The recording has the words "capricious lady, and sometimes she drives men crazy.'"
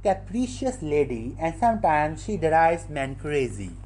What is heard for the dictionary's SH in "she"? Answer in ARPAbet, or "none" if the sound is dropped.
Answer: SH